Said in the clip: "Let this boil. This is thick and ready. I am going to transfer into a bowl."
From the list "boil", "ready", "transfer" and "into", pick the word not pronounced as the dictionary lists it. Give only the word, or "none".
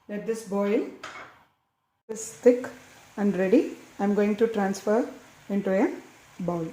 none